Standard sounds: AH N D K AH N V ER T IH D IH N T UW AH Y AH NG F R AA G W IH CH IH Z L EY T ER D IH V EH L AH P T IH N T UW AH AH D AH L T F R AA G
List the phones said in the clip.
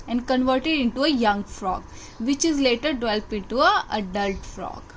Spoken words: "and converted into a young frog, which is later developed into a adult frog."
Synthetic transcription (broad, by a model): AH N D K AH N V ER T IH D IH N T UW AH Y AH NG F R AA G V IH CH IH Z L EY T ER D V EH L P IH N T UW AH AH D AH L T F R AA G